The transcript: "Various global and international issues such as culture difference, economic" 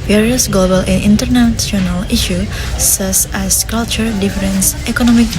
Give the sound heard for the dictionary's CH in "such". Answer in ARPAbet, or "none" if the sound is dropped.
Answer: S